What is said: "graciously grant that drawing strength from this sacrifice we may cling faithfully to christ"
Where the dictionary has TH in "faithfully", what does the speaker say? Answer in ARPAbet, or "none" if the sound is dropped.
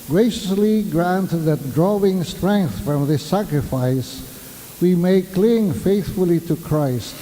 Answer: TH